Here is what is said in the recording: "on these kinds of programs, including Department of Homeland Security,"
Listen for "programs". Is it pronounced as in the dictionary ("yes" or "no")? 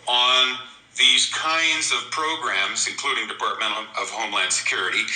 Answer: yes